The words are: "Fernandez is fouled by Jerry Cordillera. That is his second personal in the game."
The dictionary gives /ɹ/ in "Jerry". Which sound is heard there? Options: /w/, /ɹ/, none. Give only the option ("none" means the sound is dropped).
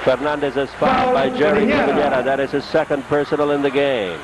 /ɹ/